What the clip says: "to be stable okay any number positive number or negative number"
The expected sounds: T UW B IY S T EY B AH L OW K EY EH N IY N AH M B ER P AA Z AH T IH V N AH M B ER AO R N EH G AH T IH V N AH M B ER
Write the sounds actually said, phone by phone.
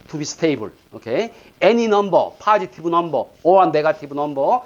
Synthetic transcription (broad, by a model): T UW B IY S T EY B AH L OW K EY EH N IY N AH M B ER P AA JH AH T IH B N AH M B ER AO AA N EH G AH T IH B N AH M B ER